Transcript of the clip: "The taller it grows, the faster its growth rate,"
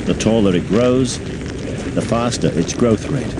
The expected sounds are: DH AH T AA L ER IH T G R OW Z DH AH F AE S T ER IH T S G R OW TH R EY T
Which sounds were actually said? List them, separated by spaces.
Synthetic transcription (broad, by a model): DH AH T AA L ER IH T G R OW Z DH AH F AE S T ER IH T S G R OW TH R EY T